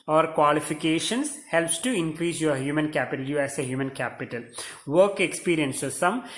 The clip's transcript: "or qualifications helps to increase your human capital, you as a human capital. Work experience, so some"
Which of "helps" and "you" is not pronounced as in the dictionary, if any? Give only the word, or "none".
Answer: none